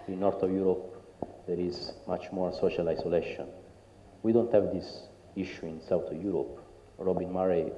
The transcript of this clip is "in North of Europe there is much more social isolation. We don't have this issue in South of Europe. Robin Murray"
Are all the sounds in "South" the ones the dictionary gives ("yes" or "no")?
no